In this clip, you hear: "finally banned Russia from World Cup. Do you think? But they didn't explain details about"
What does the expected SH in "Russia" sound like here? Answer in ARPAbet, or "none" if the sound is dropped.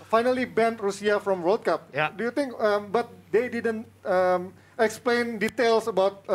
S